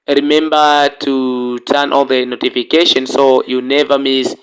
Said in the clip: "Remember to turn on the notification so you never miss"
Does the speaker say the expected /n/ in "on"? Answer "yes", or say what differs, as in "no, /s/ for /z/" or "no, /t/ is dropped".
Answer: no, /l/ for /n/